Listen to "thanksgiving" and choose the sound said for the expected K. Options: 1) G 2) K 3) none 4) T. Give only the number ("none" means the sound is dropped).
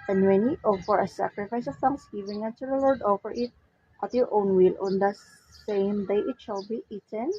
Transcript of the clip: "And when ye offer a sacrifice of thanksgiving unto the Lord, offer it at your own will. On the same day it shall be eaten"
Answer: 3